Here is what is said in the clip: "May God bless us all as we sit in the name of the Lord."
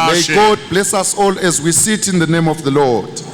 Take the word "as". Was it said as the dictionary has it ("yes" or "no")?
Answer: yes